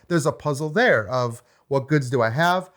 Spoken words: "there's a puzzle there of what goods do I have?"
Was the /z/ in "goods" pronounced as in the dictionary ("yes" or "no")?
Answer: yes